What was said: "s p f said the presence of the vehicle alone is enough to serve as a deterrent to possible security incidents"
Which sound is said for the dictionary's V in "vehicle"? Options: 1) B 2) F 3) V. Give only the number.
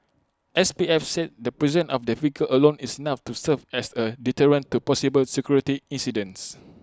2